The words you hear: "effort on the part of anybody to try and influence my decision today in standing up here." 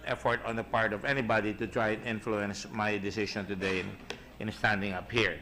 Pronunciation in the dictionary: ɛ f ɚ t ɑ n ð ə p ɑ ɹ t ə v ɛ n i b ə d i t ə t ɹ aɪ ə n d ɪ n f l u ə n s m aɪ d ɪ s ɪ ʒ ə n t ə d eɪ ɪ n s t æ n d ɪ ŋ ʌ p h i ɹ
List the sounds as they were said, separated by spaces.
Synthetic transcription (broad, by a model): ɛ f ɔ t ɑ n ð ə p ɑ ɹ t ə v ɛ n i b ə d i t ə t ɹ aɪ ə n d ɪ n f l u ə n s m aɪ d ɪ s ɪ ʃ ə n t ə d eɪ ɪ n s t æ n d ɪ ŋ ʌ p h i ɹ